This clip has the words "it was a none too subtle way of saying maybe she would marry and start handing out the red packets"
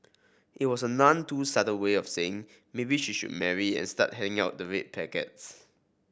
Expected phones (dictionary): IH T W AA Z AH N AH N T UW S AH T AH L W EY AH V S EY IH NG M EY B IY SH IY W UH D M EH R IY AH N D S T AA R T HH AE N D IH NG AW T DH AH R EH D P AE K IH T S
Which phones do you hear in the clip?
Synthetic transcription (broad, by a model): IH T W AA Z AH N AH N T UW S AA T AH N W EY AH F S EY IH NG M EY B IY SH IY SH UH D M EH R IY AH N S T AA T HH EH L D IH NG AW T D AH R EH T P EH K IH T S